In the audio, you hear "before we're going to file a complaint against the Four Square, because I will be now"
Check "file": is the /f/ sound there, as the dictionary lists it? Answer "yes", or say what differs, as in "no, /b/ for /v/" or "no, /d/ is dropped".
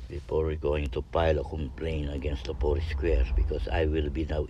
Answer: no, /p/ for /f/